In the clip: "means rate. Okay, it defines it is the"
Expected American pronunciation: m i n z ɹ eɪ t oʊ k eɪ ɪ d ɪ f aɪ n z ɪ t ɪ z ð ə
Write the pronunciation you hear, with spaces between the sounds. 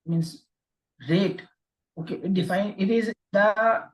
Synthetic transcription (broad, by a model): m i n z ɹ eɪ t oʊ k eɪ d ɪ f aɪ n ɪ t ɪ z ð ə